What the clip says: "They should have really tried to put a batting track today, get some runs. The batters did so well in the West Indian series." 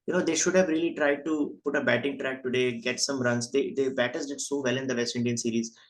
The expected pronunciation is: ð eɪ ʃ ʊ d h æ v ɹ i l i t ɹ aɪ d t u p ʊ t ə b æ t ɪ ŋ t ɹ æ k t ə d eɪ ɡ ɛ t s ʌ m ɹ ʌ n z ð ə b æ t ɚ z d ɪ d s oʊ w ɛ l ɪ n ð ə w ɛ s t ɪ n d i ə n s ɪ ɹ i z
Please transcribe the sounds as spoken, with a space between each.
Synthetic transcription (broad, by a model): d eɪ ʃ ʊ d h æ v ɹ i l i t ɹ aɪ d t u p ʊ t ə b æ t ɪ ŋ t ɹ æ k t ə d eɪ ɡ ɛ t s ʌ m ɹ ʌ n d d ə b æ t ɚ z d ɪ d s oʊ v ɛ l ɪ n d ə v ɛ s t ɪ n d i ə n s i ɹ i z